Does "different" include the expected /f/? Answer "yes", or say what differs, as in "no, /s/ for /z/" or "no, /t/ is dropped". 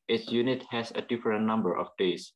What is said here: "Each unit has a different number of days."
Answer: yes